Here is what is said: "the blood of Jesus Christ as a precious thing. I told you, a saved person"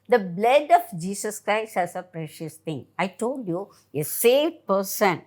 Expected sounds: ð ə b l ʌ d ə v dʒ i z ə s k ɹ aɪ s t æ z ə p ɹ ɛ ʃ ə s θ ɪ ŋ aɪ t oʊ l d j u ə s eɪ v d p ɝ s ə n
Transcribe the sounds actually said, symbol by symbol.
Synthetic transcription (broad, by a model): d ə b l ʌ d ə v dʒ i s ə s k ɹ aɪ s t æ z ə p ɹ ɛ ʃ ə s t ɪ ŋ aɪ t oʊ l d j u ə s eɪ v d p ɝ s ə n